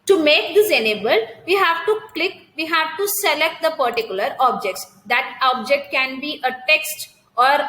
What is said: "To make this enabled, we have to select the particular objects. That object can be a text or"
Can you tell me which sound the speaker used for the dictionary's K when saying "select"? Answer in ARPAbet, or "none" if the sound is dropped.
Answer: K